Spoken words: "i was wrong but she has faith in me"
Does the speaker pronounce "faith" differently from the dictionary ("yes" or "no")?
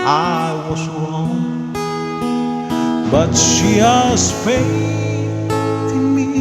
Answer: yes